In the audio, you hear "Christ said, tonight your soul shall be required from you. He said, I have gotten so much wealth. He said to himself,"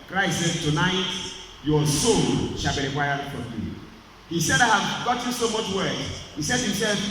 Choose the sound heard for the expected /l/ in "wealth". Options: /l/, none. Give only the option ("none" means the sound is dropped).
none